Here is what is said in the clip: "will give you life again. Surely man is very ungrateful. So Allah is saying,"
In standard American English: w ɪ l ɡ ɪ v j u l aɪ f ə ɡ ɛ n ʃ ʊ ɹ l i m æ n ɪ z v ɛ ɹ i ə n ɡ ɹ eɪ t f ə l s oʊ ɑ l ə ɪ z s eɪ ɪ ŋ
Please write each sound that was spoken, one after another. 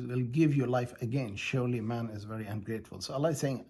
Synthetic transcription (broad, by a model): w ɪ l ɡ ɪ v j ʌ l aɪ f ə ɡ ɛ n ʃ ʊ ɹ l i m æ n ɪ z v ɛ ɹ i ə n ɡ ɹ eɪ t f ə l s oʊ ɑ l ə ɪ s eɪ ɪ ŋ